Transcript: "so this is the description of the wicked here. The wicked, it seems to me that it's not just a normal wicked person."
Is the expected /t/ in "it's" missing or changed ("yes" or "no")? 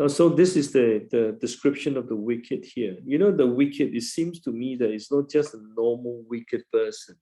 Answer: no